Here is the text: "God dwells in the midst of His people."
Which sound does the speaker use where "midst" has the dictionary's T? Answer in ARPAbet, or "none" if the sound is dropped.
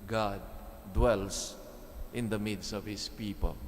none